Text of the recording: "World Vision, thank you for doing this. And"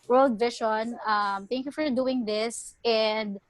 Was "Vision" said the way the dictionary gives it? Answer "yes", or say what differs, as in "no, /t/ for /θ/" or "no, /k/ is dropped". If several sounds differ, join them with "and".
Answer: no, /ʃ/ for /ʒ/